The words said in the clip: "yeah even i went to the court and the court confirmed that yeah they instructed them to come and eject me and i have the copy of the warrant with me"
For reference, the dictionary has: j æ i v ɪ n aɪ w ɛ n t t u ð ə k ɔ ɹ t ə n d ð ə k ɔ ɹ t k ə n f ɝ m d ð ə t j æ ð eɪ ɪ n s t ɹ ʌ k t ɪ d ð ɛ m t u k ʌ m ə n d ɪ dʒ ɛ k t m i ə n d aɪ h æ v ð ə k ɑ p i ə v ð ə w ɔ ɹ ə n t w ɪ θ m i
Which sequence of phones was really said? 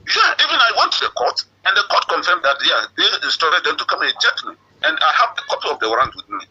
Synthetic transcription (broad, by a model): j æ i v ɪ n aɪ w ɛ n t t u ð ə k ɔ t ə n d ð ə k ɔ t k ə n f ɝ m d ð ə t j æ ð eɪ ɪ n s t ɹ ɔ t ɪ d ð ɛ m t u k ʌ m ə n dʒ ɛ t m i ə n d aɪ h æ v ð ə k ɑ p i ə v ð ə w ɹ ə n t w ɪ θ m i